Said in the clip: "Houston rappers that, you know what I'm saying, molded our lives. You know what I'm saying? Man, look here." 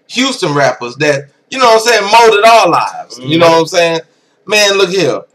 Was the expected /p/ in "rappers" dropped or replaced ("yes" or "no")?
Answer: no